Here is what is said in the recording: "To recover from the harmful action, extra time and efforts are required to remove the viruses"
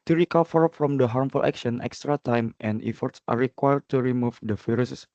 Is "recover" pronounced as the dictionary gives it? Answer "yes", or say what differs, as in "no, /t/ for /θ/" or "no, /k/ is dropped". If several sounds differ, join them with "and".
no, /f/ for /v/